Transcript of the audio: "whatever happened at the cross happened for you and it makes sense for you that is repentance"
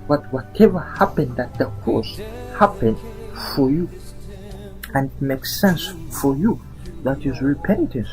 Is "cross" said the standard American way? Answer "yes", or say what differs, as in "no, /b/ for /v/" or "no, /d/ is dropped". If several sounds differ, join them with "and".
no, /ɹ/ is dropped